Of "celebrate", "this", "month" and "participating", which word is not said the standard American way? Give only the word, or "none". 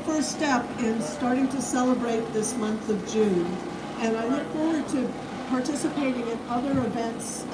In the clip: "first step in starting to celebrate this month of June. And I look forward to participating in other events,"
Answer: none